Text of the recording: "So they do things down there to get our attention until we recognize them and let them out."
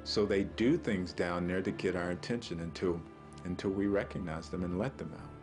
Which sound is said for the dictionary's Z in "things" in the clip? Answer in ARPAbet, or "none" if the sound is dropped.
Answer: Z